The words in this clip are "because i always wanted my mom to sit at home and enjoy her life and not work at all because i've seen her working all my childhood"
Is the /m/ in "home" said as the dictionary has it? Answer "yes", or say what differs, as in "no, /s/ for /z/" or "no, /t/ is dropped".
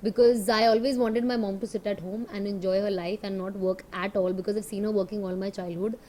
yes